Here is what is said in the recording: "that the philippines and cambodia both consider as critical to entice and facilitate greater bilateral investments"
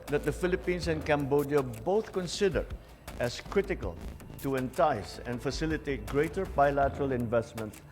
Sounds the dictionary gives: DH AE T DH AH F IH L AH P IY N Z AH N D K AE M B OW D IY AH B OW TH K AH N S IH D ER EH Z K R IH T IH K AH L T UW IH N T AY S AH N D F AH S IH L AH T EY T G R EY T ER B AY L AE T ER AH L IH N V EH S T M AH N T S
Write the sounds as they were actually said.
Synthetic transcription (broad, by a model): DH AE T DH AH F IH L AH P IY N S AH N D K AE M B OW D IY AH B OW TH K AH N S IH D ER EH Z K R IH T IH K AH L T UW IH N T AY S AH N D F AH S IH L AH T EY T G R EY T ER B AY L AE T ER AH L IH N V EH S T M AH N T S